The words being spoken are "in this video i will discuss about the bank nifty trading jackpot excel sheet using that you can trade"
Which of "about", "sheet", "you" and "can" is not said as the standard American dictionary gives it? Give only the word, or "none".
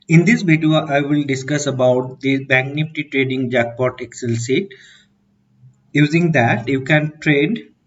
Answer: sheet